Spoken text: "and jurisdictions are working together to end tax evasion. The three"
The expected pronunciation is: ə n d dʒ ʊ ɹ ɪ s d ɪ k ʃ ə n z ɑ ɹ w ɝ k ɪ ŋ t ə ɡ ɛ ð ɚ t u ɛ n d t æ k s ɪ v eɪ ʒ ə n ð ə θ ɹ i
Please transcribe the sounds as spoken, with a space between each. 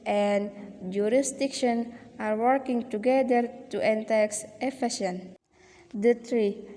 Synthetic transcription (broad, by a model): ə n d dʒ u ɹ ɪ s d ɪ k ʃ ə n ɑ ɹ w ɝ k ɪ ŋ t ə ɡ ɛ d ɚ t u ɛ n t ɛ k s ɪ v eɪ s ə n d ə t ɹ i